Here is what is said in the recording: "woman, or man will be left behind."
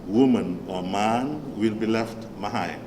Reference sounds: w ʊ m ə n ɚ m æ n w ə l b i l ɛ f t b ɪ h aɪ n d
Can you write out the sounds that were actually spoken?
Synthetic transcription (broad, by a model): w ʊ m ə n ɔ m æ n w ə l b i l ɛ f t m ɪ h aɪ